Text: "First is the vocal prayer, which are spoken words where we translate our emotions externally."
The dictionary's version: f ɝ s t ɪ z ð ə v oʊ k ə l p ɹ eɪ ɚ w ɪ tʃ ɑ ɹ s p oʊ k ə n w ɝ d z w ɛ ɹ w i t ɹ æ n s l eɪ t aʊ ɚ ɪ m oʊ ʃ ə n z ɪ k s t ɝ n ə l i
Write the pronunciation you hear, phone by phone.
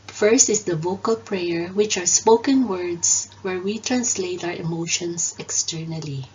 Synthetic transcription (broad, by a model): f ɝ s t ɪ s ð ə v oʊ k ə l p ɹ eɪ ɚ w ɪ tʃ ɑ ɹ s p oʊ k ə n w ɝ d s w ɛ ɹ w i t ɹ æ n s l eɪ t aʊ ɚ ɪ m oʊ ʃ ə n s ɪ k s t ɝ n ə l i